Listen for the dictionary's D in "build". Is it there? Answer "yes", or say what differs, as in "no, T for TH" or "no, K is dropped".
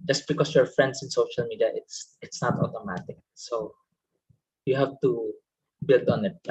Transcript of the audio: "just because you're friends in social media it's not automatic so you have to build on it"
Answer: yes